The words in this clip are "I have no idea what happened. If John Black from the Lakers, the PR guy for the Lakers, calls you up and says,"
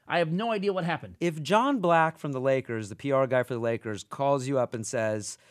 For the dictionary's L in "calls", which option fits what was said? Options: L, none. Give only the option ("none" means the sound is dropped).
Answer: L